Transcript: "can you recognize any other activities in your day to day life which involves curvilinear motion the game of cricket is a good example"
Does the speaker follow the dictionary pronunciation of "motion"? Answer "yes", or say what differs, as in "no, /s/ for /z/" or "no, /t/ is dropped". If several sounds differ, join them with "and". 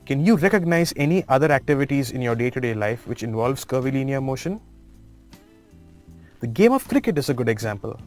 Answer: yes